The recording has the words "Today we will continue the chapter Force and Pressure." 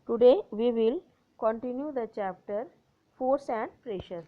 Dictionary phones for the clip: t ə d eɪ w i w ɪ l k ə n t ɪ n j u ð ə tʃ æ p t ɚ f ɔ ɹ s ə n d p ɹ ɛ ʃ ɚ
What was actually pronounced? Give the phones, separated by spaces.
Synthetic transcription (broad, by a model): t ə d eɪ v i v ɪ l k ə n t ɪ n j u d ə tʃ æ p t ɚ f ɔ ɹ s ə n d p ɹ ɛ ʃ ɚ